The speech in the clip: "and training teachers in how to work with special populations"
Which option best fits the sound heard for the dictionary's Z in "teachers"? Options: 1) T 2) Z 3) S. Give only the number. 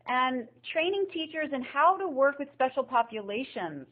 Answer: 2